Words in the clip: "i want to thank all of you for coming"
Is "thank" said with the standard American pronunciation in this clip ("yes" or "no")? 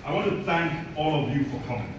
yes